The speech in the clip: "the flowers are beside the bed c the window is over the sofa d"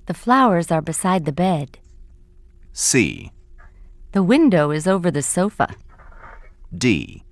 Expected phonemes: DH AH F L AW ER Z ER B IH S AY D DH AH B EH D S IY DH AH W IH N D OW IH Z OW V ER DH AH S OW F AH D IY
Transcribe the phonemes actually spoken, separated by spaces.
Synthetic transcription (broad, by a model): DH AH F L AW ER Z ER B IH S AY D DH AH B EH D S IY DH AH W IH N D OW IH Z OW V ER DH AH S OW F AH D IY